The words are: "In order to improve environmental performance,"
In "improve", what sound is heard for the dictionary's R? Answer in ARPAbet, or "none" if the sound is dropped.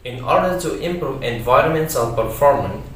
R